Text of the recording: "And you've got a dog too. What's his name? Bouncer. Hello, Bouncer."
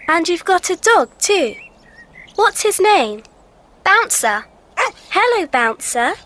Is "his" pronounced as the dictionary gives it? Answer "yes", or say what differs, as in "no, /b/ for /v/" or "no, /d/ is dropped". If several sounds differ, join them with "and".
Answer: yes